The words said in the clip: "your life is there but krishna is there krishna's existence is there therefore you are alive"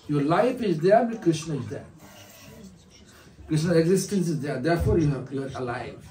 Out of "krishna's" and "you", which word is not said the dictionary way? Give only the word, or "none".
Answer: krishna's